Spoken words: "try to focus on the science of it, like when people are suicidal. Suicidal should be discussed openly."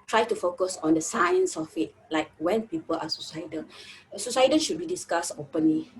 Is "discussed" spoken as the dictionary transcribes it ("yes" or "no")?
no